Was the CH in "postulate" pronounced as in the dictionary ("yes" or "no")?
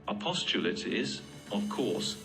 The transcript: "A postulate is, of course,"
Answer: yes